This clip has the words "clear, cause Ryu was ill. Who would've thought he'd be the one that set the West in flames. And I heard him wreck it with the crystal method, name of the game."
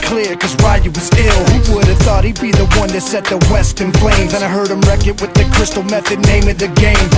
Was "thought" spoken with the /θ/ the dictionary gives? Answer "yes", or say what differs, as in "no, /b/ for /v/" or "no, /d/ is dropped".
yes